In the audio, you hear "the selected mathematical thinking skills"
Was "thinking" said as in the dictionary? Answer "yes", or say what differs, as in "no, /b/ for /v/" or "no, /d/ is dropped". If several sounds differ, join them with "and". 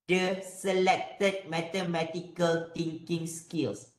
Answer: no, /t/ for /θ/